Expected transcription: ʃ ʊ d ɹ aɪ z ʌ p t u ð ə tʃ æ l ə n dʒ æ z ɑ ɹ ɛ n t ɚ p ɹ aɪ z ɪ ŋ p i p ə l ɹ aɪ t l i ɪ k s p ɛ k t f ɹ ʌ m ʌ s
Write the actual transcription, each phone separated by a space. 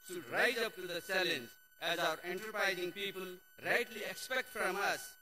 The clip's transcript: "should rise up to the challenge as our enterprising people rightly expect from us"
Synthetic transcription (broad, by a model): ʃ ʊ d ɹ aɪ z ʌ p t u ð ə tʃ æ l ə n z æ z ɑ ɹ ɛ n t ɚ p ɹ aɪ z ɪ ŋ p i p ə l ɹ aɪ t l i ɪ k s p ɛ k t f ɹ ʌ m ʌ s